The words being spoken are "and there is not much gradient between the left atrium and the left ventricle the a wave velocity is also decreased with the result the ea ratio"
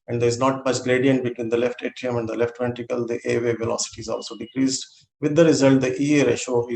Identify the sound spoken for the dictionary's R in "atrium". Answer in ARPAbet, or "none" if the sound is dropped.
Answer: none